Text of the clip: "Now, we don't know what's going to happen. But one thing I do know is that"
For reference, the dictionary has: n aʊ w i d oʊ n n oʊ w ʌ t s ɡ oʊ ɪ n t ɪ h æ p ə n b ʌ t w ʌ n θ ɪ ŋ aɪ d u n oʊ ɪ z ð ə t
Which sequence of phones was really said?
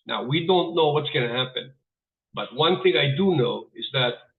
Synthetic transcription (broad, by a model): n aʊ w i d oʊ n n oʊ w ʌ t s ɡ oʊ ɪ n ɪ h æ p ə n b ʌ t w ʌ n θ ɪ ŋ aɪ d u n oʊ ɪ z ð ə t